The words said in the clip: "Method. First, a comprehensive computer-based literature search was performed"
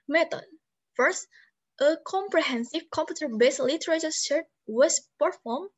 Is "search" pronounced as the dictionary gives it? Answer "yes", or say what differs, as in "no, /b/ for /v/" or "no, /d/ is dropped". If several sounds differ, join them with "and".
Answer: no, /ʃ/ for /s/